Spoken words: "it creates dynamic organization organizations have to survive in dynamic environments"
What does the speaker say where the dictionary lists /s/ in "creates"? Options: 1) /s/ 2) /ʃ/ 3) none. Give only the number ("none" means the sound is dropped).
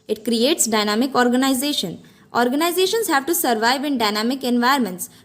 1